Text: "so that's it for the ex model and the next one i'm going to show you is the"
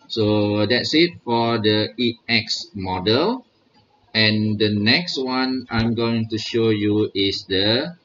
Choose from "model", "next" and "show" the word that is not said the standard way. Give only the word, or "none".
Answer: none